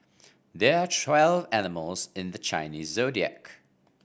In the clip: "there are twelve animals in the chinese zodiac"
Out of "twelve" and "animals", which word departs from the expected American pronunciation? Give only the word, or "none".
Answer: none